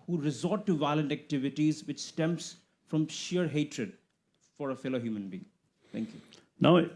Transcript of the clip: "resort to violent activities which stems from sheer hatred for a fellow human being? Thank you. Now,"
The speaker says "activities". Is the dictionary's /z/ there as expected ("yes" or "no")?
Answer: yes